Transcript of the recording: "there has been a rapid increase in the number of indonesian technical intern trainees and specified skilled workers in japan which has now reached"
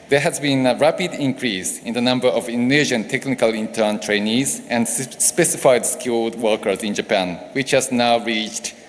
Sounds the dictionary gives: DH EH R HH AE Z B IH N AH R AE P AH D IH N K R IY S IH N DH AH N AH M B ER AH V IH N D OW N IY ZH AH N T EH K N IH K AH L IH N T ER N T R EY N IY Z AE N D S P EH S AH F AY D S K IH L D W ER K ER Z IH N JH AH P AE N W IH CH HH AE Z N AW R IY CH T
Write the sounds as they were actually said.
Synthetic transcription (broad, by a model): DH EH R HH AE Z B IH N AH R AE P AH D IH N K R IY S IH N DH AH N AH M B ER AH V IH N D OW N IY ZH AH N T EH K N IH K AH L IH N T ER N T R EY N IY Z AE N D S P EH S AH F AY D S K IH L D W ER K ER Z IH N JH AH P AE N W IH CH HH AE Z N AW R IY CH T